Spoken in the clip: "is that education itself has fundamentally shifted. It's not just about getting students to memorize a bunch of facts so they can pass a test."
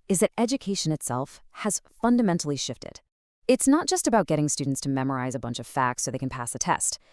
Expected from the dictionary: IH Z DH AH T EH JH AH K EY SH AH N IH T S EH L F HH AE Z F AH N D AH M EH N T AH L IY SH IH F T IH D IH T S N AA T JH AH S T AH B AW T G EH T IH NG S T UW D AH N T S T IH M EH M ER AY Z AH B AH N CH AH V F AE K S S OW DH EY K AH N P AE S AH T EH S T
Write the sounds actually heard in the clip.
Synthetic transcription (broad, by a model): IH Z DH AH T EH JH AH K EY SH AH N IH T S EH L F HH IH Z F AH N D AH M EH N T L IY SH IH F T IH D IH T S N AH T JH AH S T AH B AW T G EH T IH NG S T UW D N T S T IH M EH M ER AY Z AH B AH N CH AH V F AE K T S OW DH EY K N P AE S AH T EH S T